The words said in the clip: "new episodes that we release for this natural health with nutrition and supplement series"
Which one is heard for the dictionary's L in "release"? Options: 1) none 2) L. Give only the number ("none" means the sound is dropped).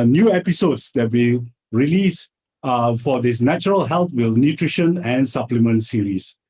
2